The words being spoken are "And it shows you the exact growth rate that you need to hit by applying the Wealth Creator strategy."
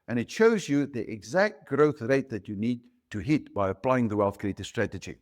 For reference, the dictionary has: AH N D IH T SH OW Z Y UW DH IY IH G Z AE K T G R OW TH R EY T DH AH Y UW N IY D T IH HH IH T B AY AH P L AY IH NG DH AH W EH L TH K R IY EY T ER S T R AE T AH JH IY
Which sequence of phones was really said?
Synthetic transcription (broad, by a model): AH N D IH T SH OW Z Y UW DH IY IH G Z AE K T G R OW TH R EY T DH AH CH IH N IY D T IH HH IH T B AY AH P L AY IH NG DH AH W EH L TH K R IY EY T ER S T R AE T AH JH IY